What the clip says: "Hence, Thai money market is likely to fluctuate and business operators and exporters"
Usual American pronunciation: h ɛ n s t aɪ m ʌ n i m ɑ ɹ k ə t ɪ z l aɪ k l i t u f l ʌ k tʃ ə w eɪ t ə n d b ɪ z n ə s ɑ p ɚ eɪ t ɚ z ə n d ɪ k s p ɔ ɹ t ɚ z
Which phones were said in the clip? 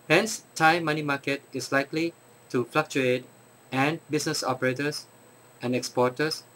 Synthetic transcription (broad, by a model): h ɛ n s t aɪ m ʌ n i m ɑ k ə t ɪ s l aɪ k l i t u f l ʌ k tʃ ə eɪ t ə n b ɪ s n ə s ɑ p ɚ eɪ t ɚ s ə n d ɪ k s p ɔ t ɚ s